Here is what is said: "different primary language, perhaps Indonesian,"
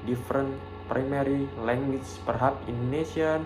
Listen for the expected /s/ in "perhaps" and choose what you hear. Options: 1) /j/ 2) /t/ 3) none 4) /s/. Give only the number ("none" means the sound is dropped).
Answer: 3